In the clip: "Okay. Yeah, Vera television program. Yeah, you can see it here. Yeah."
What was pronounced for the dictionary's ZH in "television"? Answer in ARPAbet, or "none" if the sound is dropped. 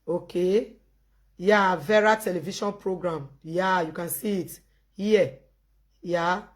SH